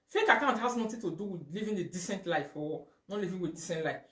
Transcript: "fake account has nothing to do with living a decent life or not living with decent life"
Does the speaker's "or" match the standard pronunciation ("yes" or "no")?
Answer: no